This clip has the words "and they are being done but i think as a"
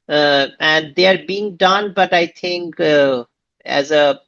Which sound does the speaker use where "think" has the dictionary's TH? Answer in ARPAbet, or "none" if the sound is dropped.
T